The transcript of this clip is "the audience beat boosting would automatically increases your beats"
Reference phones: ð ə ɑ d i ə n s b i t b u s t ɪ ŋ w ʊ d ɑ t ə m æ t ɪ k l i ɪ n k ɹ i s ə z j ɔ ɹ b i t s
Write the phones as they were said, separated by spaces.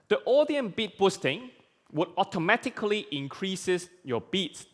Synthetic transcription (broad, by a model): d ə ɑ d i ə n b i t b u s t ɪ ŋ w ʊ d ɑ t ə m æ t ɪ k l i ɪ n k ɹ i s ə s j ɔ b i t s